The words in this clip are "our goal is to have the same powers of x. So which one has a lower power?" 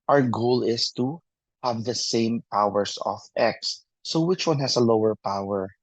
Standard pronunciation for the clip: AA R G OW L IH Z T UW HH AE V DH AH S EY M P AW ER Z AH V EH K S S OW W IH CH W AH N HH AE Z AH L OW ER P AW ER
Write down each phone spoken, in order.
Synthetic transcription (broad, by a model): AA R G OW L IH S T UW HH AE V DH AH S EY M P AW ER S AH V EH K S S OW W IH CH W AH N HH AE S AH L OW ER P AW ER